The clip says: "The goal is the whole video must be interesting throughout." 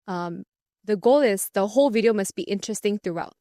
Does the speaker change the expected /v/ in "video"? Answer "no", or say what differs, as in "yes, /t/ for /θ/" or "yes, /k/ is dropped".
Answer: no